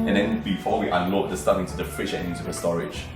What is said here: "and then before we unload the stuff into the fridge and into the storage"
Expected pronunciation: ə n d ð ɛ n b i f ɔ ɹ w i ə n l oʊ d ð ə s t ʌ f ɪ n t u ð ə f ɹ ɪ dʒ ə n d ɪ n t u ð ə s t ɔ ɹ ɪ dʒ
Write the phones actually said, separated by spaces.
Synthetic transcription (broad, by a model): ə n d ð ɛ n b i f ɔ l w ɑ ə l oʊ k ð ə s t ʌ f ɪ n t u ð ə f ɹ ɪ ʃ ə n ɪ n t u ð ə s t ɔ ɹ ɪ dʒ